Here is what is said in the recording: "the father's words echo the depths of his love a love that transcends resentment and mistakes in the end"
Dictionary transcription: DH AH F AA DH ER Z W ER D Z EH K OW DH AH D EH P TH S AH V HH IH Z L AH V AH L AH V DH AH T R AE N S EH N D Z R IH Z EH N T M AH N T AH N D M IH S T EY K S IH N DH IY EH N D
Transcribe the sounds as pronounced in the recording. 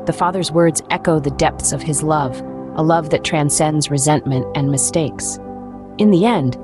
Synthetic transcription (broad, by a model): DH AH F AA DH ER Z W ER D Z EH K OW DH AH D EH P TH S AH V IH Z L AH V AH L AH V DH AH T R AE N S EH N D Z R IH Z EH N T M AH N T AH N M IH S T EY K S IH N DH IY EH N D